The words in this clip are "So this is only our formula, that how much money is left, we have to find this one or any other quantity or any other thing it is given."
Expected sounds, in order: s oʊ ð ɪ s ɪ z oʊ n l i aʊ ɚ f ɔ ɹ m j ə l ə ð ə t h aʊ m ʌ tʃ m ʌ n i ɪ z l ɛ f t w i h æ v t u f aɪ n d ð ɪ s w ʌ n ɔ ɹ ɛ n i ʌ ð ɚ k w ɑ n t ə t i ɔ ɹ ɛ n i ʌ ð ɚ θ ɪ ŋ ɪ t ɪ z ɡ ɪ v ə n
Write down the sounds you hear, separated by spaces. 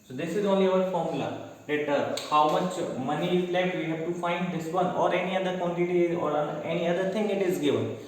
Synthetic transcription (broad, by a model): s oʊ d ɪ s ɪ z oʊ n l i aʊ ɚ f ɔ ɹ m l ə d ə t h aʊ m ʌ tʃ m ʌ n i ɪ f l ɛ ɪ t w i h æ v t u f aɪ n d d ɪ s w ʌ n ɔ ɹ ɛ n i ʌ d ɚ k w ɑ n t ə t i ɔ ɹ ɛ n i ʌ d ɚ t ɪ ŋ ɪ t ɪ z ɡ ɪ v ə n